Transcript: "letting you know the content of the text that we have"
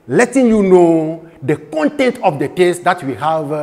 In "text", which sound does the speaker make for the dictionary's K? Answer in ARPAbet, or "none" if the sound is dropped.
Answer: none